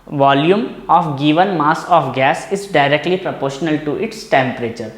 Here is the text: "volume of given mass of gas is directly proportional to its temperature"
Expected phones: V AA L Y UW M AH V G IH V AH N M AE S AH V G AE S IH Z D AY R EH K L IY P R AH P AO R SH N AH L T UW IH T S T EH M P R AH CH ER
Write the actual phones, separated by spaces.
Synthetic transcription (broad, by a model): V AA L Y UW M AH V G IH V AH N M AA S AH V G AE S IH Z D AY R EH K L IY P R AH P AO R SH N AH L T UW IH T S T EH M P R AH CH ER